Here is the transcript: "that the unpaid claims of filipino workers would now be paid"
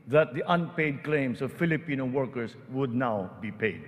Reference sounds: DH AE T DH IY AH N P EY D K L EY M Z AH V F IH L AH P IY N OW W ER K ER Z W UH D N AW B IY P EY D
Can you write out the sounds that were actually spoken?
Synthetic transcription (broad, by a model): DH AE T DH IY AH N P EY D K L EY M S AH V F IH L AH P IY N OW W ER K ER S W UH D N AW B IY P EY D